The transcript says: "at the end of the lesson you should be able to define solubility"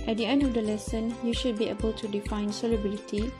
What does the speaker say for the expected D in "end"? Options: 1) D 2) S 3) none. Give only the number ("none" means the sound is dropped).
1